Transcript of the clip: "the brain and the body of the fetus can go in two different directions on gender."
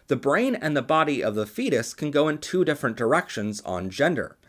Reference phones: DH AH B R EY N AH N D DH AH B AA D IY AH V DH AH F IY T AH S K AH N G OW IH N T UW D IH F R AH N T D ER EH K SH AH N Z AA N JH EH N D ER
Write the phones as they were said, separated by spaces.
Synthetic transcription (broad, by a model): DH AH B R EY N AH N DH AH B AA D IY AH V DH AH F IY T AH S K AH N G OW IH N T UW D IH F R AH N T D ER EH K SH AH N Z N JH EH N D ER